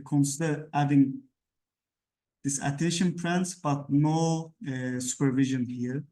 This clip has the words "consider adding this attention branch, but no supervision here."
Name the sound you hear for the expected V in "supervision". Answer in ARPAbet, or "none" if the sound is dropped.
V